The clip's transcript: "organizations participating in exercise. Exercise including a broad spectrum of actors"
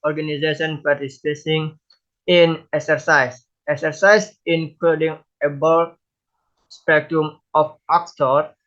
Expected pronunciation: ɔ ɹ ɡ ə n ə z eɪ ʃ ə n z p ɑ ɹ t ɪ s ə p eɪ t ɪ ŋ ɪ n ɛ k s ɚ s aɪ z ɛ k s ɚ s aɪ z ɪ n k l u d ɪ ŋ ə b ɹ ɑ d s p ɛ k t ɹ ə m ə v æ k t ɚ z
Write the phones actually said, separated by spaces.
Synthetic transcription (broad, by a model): ɔ ɹ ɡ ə n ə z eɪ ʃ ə n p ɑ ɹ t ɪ s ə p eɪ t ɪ ŋ ɪ n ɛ k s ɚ s aɪ s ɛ k s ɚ s aɪ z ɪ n k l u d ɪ ŋ ə b ɑ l s p ɛ k t ɹ ə m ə f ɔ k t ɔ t